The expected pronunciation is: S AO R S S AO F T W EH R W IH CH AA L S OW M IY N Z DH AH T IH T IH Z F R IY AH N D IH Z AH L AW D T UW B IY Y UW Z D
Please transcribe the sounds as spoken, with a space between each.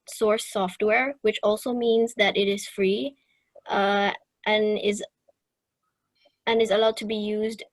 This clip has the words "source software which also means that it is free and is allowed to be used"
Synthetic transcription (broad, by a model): S AO R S S AO F T W EH R W IH CH AA L S OW M IY N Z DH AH T IH T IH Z F R IY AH N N IH Z AH L AW D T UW B IY Y UW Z D